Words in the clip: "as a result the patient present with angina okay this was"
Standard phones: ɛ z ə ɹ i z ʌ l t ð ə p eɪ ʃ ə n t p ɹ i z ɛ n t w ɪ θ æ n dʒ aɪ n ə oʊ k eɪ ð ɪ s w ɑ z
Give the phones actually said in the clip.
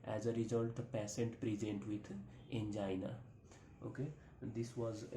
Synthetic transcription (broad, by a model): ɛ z ə ɹ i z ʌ l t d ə p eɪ s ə n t p ɹ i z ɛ n t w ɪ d æ n dʒ aɪ n ə oʊ k eɪ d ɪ s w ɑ z